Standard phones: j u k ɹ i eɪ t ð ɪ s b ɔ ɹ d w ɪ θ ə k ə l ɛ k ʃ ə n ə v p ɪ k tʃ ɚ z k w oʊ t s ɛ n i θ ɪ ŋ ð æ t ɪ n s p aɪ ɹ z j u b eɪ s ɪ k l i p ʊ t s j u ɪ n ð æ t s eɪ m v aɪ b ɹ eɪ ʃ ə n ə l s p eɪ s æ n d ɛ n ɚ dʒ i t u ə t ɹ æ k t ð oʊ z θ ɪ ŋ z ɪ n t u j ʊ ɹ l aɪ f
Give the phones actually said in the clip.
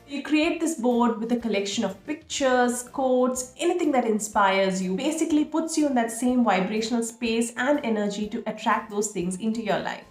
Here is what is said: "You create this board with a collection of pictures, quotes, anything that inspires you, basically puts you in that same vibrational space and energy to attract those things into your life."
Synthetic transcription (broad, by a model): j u k ɹ i eɪ t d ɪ s b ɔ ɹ d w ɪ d ə k ə l ɛ k ʃ ə n ə v p ɪ k tʃ ɚ z k oʊ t s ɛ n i t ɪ ŋ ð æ t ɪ n s p aɪ ɹ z j u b eɪ s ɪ k l i p ʊ t s j u ɪ n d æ t s eɪ m v aɪ b ɹ eɪ ʃ ə n ə l s p eɪ s æ n d ɛ n ɚ dʒ i t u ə t ɹ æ k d oʊ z t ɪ ŋ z ɪ n t u j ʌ ɹ l aɪ f